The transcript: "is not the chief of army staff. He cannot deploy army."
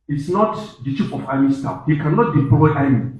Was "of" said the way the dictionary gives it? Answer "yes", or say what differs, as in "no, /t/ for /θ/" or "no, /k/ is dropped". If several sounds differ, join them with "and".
no, /f/ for /v/